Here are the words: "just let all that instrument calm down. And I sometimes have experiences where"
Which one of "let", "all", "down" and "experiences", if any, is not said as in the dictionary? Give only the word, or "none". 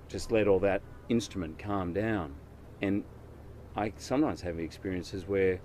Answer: none